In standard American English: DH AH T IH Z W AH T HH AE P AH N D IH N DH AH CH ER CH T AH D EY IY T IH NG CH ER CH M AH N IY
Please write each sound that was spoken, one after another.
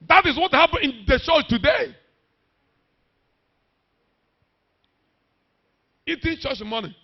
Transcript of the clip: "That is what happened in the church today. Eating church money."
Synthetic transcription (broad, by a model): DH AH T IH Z W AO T HH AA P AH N IH N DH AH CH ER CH T AH D EY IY T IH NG CH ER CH M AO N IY